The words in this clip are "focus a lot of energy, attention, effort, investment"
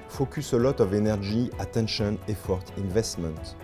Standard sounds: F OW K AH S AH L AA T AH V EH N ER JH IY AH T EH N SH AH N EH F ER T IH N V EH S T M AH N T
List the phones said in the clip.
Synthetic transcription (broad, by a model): F OW K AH S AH L AA T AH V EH N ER ZH IY AH T EH N SH AH N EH F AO T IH N V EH S T M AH N T